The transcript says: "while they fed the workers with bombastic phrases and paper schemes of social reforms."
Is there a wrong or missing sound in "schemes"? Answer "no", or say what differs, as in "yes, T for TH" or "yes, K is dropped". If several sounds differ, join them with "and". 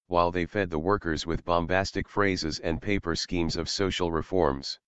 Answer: no